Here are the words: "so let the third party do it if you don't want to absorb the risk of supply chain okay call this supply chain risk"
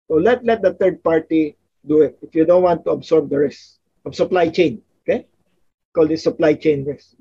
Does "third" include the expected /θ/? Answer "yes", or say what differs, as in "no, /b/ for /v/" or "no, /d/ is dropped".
no, /t/ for /θ/